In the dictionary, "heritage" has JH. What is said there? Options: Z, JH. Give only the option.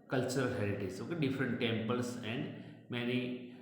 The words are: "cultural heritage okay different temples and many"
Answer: Z